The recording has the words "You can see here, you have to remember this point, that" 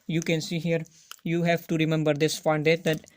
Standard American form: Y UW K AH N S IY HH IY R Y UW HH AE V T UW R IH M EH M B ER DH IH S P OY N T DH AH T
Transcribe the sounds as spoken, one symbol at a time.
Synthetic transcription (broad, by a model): Y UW K AH N S IY HH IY R Y UW HH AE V T UW R IH M EH M B ER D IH S F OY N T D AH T